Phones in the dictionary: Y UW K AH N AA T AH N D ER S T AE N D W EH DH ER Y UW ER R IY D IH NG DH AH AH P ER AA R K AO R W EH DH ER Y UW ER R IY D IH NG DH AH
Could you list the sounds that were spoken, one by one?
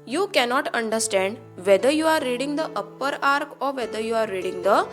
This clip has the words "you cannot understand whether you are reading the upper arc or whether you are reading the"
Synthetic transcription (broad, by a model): Y UW K AH N AA T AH N D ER S T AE N D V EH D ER Y UW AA R IY D IH NG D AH AH P ER AA R K AO R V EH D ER Y UW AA R IY D IH NG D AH